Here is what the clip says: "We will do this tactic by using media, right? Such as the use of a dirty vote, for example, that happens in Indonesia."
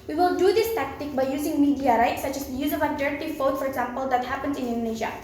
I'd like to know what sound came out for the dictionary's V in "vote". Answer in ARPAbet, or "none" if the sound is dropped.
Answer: F